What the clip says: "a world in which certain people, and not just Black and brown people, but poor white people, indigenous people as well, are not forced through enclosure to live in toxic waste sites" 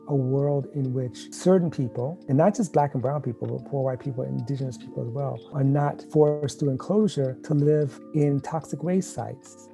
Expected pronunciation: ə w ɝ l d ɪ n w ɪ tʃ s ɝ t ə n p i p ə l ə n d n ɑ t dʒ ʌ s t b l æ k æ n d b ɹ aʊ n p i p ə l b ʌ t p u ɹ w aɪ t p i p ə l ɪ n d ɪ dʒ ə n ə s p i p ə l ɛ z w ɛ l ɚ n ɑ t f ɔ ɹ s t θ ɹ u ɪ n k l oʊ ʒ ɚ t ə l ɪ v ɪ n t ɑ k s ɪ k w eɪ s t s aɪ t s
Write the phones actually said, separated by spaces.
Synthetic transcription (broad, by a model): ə w ɝ l d ɪ n w ɪ tʃ s ɝ t n p i p l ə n n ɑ t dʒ ʌ s b l æ k n b ɹ aʊ n p i p l b ʌ t p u ɹ w aɪ t p i p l ɪ n d ɪ dʒ ə n ə s p i p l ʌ z w ɛ l ɚ n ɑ t f ɔ ɹ s t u ɪ n k l oʊ ʒ ɚ t ə l ɪ v ɪ n t ɑ k s ɪ k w eɪ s s aɪ t s